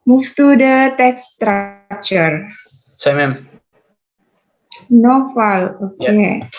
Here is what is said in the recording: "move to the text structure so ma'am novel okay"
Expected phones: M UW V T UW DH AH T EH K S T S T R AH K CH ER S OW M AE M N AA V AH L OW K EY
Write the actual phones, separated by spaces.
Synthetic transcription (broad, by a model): M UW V T UW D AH T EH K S S T R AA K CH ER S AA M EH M N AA F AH L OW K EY